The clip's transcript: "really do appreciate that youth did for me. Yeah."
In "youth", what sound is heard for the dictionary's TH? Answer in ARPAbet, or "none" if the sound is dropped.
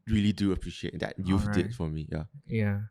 F